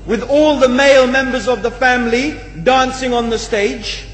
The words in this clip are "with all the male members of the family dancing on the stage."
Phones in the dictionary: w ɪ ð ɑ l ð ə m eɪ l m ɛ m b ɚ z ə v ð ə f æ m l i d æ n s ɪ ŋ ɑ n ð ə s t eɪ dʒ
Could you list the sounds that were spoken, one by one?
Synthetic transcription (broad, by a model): w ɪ ð ɑ l ð ə m eɪ l m ɛ m b ɚ z ə v ð ə f æ m l i d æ n s ɪ ŋ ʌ n ð ə s t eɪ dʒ